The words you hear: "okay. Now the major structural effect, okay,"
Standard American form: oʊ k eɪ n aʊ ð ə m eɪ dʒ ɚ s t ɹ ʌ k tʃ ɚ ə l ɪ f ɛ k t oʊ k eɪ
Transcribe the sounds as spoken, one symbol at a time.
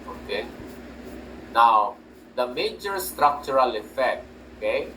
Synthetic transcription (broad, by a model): oʊ k eɪ n aʊ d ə m eɪ dʒ ɚ s t ɹ ʌ k tʃ ɚ ə l ɪ f ɛ k t oʊ k eɪ